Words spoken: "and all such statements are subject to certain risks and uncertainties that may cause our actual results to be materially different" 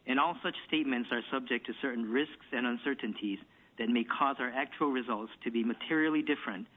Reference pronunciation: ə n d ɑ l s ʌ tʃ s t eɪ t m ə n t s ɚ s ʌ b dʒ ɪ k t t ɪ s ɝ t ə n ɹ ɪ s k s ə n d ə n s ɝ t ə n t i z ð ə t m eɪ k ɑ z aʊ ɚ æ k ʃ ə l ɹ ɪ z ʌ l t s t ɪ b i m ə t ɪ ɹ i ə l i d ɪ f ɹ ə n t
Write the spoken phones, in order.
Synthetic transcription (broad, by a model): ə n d ɑ l s ʌ tʃ s t eɪ t m ə n t s ɚ s ʌ b dʒ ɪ k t t ɪ s ɝ t n ɹ ɪ s k s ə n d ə n s ɝ t n t i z ð ə t m eɪ k ɑ z aʊ ɚ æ k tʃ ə l ɹ ɪ z ʌ l t s t ɪ b i m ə t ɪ ɹ i l i d ɪ f ɹ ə n t